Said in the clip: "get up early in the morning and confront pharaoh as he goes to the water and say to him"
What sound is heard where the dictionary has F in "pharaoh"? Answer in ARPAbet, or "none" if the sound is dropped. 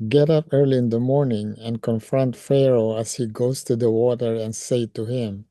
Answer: F